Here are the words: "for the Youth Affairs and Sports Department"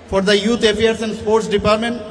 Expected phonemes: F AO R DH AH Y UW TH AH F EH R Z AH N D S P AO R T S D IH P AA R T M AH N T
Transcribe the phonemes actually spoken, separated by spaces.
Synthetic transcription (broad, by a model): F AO R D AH Y UW T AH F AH R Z AH N D S P AO R T S D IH P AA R T M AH N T